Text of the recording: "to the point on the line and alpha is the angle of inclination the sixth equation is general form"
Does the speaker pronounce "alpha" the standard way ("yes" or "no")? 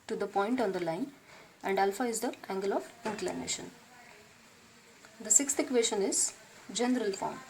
yes